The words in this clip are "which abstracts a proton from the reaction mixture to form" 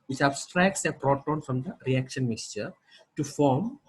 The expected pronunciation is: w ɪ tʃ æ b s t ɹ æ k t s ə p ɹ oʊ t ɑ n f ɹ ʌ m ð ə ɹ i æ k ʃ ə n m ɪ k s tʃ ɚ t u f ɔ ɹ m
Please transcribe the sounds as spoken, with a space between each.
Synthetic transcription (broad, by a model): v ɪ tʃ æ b s t ɹ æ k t s ə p ɹ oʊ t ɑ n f ɹ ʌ m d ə ɹ i æ k ʃ ə n m ɪ k s tʃ ɚ t u f ɔ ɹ m